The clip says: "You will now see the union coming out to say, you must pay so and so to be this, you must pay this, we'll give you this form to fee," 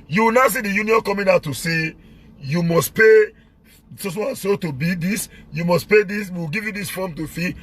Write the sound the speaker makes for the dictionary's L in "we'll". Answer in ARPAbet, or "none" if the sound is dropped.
W